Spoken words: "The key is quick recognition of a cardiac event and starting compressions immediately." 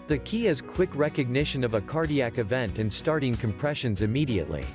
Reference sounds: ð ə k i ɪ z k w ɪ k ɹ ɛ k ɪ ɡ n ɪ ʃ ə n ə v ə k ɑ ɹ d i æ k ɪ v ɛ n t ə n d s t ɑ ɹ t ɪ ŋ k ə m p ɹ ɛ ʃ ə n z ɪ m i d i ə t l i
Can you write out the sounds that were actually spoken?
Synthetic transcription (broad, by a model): ð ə k i ɪ z k w ɪ k ɹ ɛ k ɪ ɡ n ɪ ʃ ə n ə v ə k ɑ ɹ d i æ k ɪ v ɛ n t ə n s t ɑ ɹ t ɪ ŋ k ə m p ɹ ɛ ʃ ə n z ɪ m i d i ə t l i